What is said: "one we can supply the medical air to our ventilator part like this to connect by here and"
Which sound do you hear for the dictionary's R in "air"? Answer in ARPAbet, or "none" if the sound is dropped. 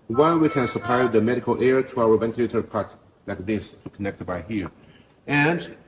R